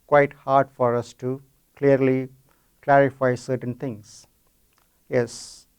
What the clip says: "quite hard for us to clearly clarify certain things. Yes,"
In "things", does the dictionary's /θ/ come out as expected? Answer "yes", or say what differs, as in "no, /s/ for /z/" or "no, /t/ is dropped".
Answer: no, /t/ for /θ/